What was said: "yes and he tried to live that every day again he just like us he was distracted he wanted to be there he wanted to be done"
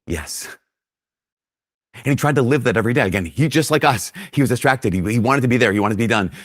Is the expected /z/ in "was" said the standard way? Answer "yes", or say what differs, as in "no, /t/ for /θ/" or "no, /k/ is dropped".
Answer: yes